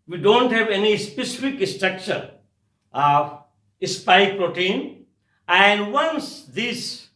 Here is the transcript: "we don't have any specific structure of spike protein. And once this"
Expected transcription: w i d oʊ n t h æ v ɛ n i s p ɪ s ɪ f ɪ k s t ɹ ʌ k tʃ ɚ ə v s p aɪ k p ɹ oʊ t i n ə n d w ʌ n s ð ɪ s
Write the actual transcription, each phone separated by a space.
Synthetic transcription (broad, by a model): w i d oʊ n t h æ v ɛ n i s p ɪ s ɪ f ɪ k s t ɹ ʌ k tʃ ɚ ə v s p aɪ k p ɹ oʊ t i n ə n d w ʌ n s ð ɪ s